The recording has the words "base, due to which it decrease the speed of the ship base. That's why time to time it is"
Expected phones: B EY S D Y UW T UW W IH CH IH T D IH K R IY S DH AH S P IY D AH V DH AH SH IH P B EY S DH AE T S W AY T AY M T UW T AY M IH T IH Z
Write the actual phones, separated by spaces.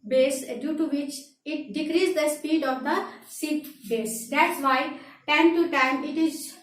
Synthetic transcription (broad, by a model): B EY S D Y UW T UW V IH CH IH T D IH K R IY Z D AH S P IY D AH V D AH S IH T B EY S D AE T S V AY T AY M T UW T AY M IH T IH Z